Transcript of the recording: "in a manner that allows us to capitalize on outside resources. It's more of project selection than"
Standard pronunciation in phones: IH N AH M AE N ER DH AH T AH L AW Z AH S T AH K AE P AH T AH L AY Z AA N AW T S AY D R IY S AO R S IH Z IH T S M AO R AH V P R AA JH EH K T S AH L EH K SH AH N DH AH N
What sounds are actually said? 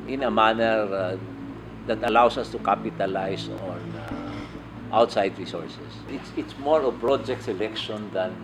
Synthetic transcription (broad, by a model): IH N AH M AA N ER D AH T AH L AW S AH S T AH K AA P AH T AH L AY S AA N AW T S AY D R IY S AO R S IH S IH T S M AO R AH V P R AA JH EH K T S AH L EH K SH AH N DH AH N